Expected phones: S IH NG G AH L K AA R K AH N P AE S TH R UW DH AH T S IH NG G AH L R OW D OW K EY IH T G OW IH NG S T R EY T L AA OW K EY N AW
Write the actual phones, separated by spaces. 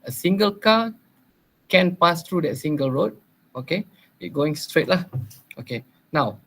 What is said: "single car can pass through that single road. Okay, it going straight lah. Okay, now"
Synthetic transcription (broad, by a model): S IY NG G AH L K AA K AH N P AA S T R UW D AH T S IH NG G AH L R OW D OW K EY IH T G OW IH NG S T R EY T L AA OW K EY N AW